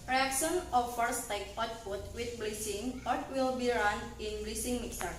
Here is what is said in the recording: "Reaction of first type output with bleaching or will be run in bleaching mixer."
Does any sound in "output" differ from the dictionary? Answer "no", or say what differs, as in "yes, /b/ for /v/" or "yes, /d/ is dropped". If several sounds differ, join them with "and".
yes, /f/ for /p/